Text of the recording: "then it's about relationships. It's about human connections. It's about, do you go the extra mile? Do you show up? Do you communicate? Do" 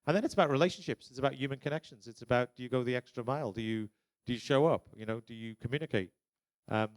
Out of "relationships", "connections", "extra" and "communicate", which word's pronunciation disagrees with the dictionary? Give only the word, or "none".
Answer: none